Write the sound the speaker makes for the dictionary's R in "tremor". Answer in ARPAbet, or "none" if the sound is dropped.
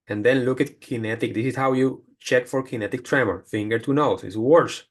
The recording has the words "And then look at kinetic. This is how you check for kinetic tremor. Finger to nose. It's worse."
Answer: R